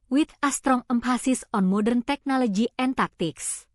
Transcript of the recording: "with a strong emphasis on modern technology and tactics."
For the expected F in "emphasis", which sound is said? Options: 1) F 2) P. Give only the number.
2